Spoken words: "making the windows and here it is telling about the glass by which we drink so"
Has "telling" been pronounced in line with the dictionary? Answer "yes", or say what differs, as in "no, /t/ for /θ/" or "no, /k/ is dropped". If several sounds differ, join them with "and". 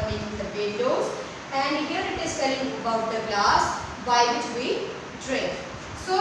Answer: no, /s/ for /t/